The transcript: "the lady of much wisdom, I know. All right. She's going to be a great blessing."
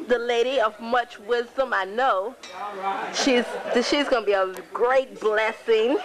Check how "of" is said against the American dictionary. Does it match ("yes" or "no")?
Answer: yes